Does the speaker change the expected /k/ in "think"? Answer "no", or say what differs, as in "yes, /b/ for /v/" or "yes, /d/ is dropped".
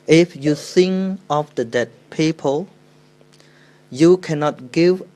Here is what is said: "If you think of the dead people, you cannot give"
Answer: yes, /k/ is dropped